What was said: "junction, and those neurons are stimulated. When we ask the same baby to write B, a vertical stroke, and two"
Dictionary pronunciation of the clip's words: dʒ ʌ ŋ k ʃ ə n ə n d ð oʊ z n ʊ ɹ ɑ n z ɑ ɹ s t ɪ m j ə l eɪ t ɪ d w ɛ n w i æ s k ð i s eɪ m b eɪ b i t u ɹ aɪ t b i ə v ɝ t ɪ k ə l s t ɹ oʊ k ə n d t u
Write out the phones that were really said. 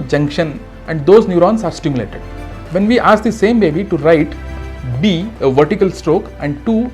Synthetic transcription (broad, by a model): dʒ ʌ ŋ k ʃ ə n ə n d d oʊ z n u ɹ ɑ n s ɑ ɹ s t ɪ m j l eɪ t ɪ d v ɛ n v i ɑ s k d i s eɪ m b eɪ b i t u ɹ aɪ t b i ə v ɝ t ɪ k ə l s t ɹ oʊ k ə n d t u